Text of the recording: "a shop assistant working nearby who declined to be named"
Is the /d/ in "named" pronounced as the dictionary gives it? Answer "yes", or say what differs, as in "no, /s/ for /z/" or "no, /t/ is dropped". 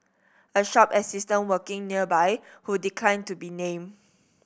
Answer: no, /d/ is dropped